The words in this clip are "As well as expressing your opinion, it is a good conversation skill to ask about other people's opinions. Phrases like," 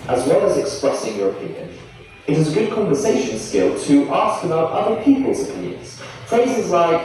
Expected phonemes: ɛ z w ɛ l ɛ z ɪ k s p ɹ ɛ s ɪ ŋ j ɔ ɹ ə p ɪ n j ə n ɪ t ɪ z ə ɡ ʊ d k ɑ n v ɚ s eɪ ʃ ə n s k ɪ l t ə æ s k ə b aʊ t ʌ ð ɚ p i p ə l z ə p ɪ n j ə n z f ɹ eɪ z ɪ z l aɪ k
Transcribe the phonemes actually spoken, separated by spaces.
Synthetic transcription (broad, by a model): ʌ z w ɛ l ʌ z ɪ k s p ɹ ɛ s ɪ ŋ j ɔ ɹ ə p ɪ n j ə n ɪ t ɪ z ə ɡ ʊ d k ɑ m v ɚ s eɪ ʃ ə n s k ɪ l t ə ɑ s k ə b aʊ t ʌ ð ɚ p i p ə l z ə p ɪ n j ə n z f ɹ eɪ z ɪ z l aɪ k